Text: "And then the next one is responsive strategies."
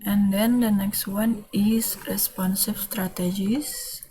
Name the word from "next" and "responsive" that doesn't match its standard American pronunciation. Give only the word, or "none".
responsive